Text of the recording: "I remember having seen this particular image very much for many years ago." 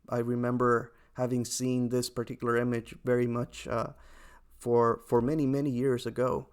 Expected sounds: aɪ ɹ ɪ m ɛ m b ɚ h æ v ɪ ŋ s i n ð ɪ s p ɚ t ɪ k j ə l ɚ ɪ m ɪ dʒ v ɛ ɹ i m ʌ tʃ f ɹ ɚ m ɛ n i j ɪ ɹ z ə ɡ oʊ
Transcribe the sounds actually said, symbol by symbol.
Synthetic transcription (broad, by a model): aɪ ɹ ɪ m ɛ m b ɚ h æ v ɪ ŋ s i n ð ɪ s p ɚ t ɪ k j l ɚ ɪ m ɪ dʒ v ɛ ɹ i m ʌ tʃ f ɹ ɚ m ɛ n i j ɪ ɹ z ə ɡ oʊ